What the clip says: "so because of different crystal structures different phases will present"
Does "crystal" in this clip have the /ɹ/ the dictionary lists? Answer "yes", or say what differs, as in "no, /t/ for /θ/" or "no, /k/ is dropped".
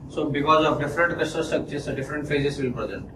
no, /ɹ/ is dropped